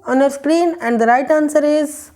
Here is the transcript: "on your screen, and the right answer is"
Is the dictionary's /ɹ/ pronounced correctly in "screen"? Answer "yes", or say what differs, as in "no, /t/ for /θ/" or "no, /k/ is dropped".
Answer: yes